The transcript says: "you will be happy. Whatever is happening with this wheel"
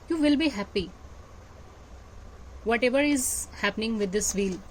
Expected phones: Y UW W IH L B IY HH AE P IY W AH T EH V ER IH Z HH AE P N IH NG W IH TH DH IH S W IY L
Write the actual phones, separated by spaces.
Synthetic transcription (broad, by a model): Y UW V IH L B IY HH AE P IY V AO T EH V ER IH Z HH AE P N IH NG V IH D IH S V IY L